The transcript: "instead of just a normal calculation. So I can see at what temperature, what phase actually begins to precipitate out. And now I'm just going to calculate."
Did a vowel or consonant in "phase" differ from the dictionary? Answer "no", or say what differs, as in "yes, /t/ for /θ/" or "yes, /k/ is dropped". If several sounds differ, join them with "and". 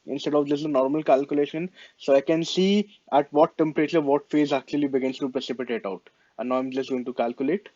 no